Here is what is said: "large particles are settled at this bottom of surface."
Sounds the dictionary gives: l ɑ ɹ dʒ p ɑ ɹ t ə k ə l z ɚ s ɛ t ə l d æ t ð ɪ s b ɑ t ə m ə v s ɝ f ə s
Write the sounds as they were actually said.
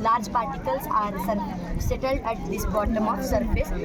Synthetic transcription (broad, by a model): l ɑ ɹ dʒ p ɑ ɹ t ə k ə l s ɚ s ɛ t ə l d æ t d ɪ s b ɑ t ə m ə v s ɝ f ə s